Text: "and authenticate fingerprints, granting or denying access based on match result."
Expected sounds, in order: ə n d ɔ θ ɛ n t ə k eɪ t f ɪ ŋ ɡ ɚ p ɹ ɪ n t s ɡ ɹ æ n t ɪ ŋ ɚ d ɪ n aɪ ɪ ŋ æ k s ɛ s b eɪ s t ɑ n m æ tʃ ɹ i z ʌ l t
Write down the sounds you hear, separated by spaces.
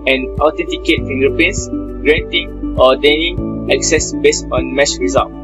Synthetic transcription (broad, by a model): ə n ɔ t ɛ n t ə k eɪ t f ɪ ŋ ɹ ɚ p ʌ n s ɡ ɹ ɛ n t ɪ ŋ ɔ d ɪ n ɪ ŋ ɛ k s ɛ s b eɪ s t ɑ n m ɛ s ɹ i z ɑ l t